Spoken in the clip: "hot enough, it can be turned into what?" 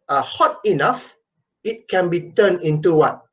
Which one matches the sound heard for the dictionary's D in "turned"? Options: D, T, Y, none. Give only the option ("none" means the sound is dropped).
none